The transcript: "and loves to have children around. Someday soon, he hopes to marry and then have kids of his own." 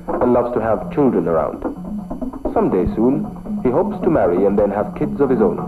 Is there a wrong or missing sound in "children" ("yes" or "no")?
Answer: no